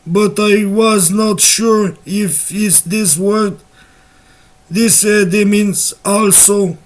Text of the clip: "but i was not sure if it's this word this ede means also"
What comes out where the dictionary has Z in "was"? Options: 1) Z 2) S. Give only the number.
1